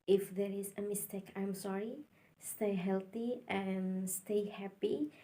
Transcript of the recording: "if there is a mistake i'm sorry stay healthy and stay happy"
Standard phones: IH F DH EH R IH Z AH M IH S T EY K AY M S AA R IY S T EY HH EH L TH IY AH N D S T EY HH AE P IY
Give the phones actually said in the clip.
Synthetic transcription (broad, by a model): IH F DH EH R IH Z AH M IH S T EY K AY M S AA R IY S T EY HH EH L TH IY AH N S T EY HH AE P IY